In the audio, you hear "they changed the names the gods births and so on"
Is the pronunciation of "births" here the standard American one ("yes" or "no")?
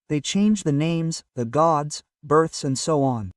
yes